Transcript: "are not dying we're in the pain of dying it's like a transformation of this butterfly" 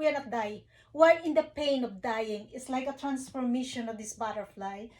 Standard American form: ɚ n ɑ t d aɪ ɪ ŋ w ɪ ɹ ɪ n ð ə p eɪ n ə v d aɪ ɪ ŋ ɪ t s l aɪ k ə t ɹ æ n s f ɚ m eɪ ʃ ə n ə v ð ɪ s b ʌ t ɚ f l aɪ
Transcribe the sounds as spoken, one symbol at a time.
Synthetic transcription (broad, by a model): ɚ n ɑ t d aɪ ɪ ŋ w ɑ l ɪ n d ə p eɪ n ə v d aɪ ɪ ŋ ɪ t s l aɪ k ə t ɹ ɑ n s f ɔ m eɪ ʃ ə n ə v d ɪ s b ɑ t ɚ f l aɪ